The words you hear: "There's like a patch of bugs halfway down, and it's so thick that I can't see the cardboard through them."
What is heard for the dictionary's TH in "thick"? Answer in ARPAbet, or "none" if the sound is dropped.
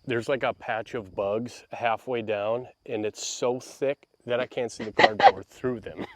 TH